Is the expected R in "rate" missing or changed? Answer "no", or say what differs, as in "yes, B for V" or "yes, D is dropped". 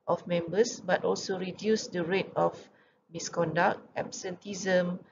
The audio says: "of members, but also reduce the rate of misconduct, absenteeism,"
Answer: no